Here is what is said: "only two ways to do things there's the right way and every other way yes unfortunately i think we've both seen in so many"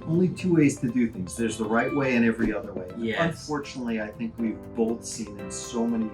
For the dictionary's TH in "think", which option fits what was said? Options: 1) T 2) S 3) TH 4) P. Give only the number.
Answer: 3